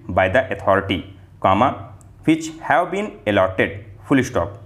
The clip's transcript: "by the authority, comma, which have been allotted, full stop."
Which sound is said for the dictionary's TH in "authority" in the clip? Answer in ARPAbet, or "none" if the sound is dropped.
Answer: T